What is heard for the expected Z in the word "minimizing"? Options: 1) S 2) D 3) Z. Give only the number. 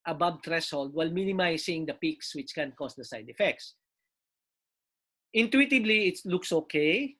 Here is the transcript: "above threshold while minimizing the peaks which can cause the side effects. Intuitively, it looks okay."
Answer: 1